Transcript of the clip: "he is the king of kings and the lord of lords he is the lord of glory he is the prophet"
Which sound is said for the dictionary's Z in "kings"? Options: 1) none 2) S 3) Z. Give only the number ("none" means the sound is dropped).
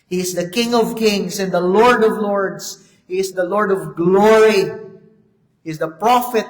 2